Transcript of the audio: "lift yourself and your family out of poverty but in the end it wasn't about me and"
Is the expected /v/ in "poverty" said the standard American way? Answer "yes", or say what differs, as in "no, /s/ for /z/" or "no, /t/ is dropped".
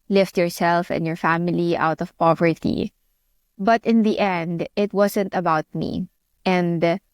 yes